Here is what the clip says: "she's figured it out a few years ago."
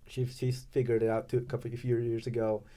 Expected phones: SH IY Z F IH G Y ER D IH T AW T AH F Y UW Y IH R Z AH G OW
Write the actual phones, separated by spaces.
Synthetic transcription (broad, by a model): SH IY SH F IH G Y ER D IH T AW T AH F Y UW Y IH R Z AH G OW